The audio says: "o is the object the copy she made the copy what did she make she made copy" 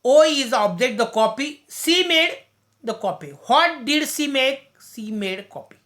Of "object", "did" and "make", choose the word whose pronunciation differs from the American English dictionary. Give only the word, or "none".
object